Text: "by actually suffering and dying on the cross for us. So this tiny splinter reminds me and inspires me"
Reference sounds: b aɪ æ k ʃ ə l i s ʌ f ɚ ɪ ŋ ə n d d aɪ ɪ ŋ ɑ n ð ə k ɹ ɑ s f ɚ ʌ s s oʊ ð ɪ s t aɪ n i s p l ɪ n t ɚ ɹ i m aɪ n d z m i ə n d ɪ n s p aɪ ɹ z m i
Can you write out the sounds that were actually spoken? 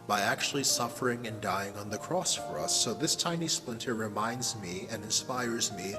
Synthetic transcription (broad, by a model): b aɪ æ k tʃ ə l i s ʌ f ɚ ɪ ŋ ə n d d aɪ ɪ ŋ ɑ n ð ə k ɹ ɑ s f ɚ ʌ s s oʊ ð ɪ s t aɪ n i s p l ɪ n t ɚ ɹ i m aɪ n d z m i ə n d ɪ n s p aɪ ɹ z m i